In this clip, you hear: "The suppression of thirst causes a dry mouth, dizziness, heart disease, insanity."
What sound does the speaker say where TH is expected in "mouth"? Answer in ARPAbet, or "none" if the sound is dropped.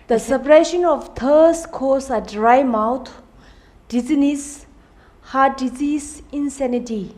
T